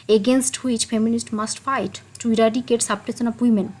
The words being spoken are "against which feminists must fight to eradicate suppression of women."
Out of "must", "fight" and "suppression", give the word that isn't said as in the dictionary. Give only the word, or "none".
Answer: suppression